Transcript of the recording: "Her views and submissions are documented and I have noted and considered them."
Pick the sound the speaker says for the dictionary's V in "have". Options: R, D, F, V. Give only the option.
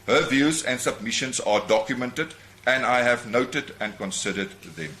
V